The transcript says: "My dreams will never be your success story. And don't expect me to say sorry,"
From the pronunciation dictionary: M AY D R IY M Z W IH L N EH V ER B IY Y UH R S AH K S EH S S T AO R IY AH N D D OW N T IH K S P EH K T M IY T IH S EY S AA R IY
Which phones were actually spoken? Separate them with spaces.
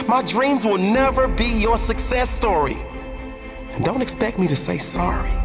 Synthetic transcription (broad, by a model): M AY D R IY M Z W IH L N EH V ER B IY Y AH R S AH K S EH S S T AO R IY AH N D D OW N T IH K S P EH K T M IY T IH S EY S AA R IY